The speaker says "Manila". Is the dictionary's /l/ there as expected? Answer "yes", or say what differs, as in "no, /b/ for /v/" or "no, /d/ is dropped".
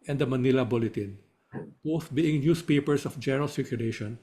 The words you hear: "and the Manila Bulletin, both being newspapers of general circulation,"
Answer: yes